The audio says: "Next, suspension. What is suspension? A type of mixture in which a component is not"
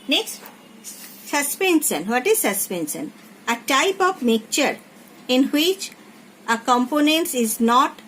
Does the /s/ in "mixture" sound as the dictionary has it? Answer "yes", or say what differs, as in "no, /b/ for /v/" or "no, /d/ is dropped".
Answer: no, /s/ is dropped